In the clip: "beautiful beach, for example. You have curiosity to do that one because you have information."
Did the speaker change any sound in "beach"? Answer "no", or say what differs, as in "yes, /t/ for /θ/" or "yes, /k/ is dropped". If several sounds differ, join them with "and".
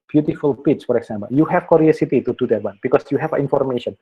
yes, /s/ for /tʃ/